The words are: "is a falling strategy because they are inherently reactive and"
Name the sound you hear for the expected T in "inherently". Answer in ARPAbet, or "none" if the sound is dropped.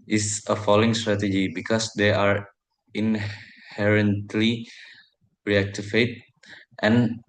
T